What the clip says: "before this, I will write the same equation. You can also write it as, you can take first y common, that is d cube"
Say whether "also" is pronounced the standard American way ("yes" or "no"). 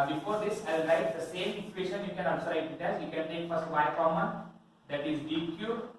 no